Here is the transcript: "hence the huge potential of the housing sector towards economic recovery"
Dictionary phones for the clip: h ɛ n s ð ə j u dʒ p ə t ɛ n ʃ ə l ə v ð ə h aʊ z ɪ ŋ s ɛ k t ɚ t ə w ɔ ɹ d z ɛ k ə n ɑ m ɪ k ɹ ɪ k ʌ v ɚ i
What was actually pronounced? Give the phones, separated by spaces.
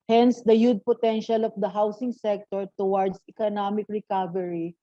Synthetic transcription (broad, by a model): h ɛ n s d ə j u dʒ p ə t ɛ n ʃ ə l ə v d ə h aʊ s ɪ ŋ s ɛ k t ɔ t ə w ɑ ɹ d s ɛ k ə n ɑ m ɪ k ɹ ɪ k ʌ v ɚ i